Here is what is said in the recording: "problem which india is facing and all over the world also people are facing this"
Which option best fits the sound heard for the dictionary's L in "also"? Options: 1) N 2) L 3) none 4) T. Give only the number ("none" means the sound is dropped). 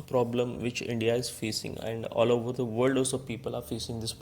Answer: 3